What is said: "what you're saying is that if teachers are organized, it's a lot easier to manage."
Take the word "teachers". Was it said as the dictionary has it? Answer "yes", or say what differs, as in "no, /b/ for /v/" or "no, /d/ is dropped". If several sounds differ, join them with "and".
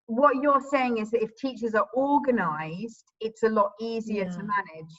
yes